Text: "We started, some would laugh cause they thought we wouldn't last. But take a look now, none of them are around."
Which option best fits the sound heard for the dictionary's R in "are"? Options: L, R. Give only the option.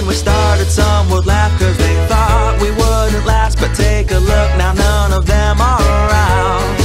L